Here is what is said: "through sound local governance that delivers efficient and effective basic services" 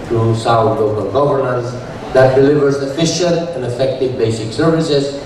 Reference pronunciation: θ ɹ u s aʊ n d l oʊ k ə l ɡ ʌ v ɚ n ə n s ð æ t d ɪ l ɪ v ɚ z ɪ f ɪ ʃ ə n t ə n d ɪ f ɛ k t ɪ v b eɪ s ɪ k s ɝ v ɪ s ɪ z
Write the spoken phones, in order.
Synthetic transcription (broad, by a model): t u s aʊ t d l oʊ k ə l ɡ ʌ v ɚ n ə n s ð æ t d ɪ l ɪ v ɚ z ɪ f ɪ ʃ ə t ə n d ɪ f ɛ k t ɪ v b eɪ s ɪ k s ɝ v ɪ s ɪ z